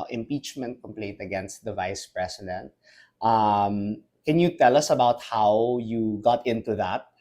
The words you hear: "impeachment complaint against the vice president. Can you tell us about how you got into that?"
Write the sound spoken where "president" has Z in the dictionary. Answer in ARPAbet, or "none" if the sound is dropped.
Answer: S